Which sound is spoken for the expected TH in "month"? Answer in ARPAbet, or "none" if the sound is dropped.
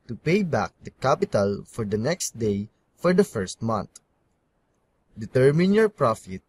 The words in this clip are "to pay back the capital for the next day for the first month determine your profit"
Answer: T